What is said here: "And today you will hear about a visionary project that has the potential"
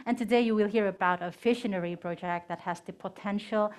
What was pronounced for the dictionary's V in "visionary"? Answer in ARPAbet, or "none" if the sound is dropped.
F